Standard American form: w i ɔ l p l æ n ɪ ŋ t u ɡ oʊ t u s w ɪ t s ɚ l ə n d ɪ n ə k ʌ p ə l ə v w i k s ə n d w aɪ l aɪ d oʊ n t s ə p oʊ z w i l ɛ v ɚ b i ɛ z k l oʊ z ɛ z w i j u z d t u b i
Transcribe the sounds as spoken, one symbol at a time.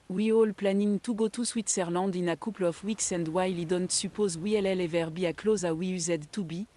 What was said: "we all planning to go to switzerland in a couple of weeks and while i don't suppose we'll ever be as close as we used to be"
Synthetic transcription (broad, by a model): w i ɔ l p l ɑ n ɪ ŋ t u ɡ oʊ t u s w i t s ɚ l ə d ɪ n ə k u p l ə f w i k s ə n d w aɪ l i d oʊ n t s ə p oʊ z w i l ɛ v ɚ b i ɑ k l oʊ z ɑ w i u z d t u b i